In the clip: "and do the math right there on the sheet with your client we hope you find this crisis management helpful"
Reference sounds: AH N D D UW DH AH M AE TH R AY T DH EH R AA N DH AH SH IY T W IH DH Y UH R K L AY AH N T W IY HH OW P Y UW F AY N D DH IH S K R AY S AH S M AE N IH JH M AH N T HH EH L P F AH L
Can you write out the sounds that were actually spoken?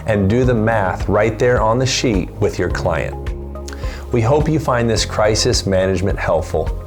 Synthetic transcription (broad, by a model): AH N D D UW DH AH M AE TH R AY T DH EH R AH N DH AH SH IY T W IH DH Y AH R K L AY AH N T W IY HH OW P Y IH F AY N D DH IH S K R AY S AH S M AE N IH JH M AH N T HH EH L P F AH L